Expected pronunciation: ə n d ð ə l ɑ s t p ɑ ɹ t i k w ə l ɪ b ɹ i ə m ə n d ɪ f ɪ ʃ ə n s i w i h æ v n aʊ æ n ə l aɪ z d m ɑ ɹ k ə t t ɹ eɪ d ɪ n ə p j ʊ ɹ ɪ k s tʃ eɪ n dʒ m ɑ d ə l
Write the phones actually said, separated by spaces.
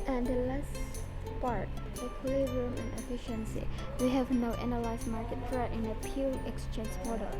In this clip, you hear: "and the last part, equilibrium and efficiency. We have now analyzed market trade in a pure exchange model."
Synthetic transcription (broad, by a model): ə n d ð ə l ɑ s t p ɑ ɹ t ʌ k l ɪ ɹ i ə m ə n ɪ f ɪ ʃ ə n s i w i h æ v n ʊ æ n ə l aɪ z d m ɑ ɹ k ə t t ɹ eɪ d ɪ n ə p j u l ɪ k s tʃ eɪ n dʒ m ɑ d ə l